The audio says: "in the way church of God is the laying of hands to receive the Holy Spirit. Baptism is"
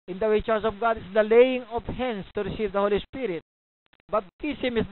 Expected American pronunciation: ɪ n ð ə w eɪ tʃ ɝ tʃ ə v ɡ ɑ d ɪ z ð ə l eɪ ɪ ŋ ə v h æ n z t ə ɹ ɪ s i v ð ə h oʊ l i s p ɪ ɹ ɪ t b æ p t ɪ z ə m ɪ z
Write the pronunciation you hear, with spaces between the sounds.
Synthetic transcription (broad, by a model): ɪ n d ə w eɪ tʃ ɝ s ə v ɡ ɑ d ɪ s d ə l eɪ ɪ ŋ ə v h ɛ n s t ə ɹ ɪ s i v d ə h oʊ l i s p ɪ ɹ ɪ t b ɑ b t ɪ s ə m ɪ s